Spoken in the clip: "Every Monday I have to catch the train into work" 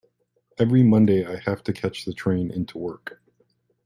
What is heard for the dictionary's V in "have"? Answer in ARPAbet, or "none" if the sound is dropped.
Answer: F